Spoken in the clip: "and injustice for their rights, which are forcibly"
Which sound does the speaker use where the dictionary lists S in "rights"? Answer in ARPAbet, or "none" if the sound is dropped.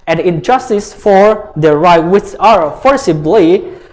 none